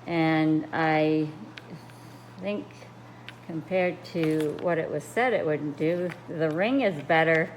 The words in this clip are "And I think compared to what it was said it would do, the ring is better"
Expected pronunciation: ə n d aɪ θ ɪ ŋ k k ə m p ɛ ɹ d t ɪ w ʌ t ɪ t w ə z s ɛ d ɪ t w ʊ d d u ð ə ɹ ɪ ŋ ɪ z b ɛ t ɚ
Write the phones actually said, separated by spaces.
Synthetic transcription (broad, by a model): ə n aɪ θ ɪ ŋ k k ə m p ɛ ɹ d t ɪ w ʌ t ɪ t w ə z s ɛ d ɪ t w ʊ d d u ð ə ɹ ɪ ŋ ɪ z b ɛ t ɚ